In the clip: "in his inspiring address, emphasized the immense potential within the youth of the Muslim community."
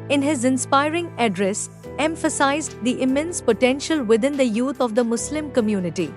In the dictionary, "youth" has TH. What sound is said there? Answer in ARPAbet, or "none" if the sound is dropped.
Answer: T